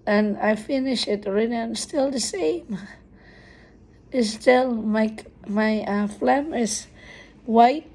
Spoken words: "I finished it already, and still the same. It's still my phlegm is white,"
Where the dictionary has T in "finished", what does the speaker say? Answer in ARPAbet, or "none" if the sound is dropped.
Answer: none